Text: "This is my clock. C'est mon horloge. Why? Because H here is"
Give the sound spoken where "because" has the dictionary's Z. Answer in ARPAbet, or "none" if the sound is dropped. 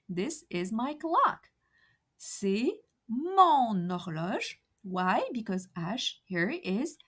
Z